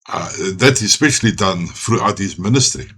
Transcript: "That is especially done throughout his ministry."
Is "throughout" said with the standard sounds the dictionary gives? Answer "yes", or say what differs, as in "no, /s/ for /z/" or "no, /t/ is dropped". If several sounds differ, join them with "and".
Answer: no, /f/ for /θ/